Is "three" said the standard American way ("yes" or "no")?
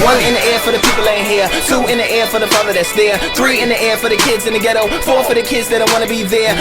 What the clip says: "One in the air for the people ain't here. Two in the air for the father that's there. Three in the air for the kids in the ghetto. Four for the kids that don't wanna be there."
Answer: yes